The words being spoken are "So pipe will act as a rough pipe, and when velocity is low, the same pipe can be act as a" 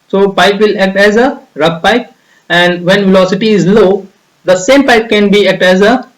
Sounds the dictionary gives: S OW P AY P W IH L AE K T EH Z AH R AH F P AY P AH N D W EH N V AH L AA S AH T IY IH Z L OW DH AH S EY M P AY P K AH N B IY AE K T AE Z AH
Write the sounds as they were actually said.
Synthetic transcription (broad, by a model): S OW P AY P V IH L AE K T EH Z AH R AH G P AY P AH N D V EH N V AH L AA S AH T IY IH Z L OW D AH S EY M P AY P K AH N B IY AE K T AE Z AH